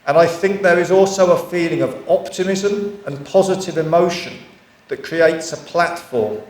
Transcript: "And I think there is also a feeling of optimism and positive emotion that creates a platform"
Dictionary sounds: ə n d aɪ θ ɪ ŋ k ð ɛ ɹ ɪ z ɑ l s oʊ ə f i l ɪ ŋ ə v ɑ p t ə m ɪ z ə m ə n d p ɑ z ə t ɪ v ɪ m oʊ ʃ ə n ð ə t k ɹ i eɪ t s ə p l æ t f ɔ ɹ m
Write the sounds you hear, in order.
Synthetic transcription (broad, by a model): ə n aɪ θ ɪ ŋ k ð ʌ ɹ ɪ z ɑ l s oʊ ə f i l ɪ ŋ ə v ɑ p t ə m ɪ z ə m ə n p ɑ z ə t ɪ v ɪ m oʊ ʃ ə n ð ə t k ɹ i eɪ t s ə p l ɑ t f ɔ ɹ m